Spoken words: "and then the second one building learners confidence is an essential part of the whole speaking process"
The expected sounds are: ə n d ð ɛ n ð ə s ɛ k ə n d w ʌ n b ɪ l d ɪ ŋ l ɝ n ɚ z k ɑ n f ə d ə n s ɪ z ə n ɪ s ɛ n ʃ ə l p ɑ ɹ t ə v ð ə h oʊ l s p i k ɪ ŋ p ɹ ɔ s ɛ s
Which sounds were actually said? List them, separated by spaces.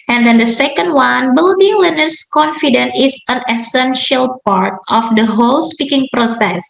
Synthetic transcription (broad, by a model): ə n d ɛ n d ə s ɛ k ə n d w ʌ n b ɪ l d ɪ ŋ l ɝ n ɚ s k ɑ n f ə d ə n ɪ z ə n ɪ s ɛ n ʃ ə l p ɑ ɹ t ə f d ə h oʊ l s p i k ɪ ŋ p ɹ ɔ s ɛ s